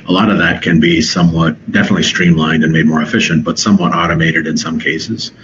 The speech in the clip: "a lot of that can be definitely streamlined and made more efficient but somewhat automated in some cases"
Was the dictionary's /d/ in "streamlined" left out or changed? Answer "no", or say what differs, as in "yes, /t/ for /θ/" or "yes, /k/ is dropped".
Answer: no